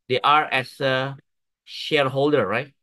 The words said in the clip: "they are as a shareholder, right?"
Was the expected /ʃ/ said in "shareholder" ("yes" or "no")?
yes